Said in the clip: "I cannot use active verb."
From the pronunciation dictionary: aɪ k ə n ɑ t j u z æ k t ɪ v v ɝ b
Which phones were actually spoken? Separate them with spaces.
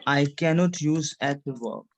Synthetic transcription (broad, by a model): aɪ k ə n ɑ t j u z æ t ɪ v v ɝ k